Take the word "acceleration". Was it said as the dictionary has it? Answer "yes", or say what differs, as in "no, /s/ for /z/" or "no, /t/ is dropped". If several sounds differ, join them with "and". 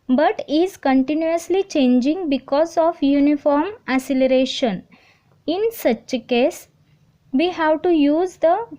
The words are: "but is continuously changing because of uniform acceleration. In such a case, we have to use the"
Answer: no, /k/ is dropped